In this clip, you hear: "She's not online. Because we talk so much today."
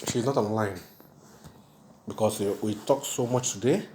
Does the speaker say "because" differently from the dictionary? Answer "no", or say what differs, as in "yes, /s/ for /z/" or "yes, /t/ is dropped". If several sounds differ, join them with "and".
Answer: yes, /s/ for /z/